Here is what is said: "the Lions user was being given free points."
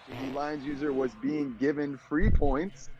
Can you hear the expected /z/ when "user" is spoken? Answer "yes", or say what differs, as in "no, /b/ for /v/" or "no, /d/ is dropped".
yes